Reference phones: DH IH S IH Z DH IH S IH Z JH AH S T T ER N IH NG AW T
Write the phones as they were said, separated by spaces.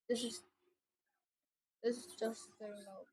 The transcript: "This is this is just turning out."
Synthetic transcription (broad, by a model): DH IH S IH Z DH IH S IH Z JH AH S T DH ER IH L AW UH